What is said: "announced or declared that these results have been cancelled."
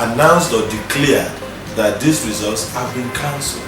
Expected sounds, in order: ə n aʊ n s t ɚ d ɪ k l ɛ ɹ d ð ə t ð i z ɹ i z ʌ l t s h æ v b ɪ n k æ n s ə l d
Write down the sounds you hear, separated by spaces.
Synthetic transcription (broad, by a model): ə n aʊ n s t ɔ d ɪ k l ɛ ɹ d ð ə t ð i s ɹ i z ʌ l t s h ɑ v b ɪ n k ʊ n s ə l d